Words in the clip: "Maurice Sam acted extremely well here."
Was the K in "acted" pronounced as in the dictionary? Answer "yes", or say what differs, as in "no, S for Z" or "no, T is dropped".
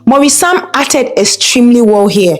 no, K is dropped